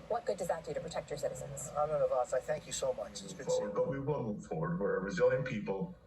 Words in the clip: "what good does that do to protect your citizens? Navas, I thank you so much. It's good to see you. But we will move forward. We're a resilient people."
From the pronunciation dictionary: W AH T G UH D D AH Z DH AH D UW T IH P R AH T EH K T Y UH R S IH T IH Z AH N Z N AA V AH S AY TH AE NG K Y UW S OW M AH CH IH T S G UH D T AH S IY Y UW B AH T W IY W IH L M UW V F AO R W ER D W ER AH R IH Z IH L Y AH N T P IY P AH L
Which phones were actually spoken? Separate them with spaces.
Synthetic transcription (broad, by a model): W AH T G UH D D AH Z DH AH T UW T IH P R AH T EH K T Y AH R S IH T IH Z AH N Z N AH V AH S AY TH AE NG K Y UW S OW M AH CH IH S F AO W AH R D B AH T W IY W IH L M UW V F AO R W ER D W ER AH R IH Z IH L Y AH N P IY P L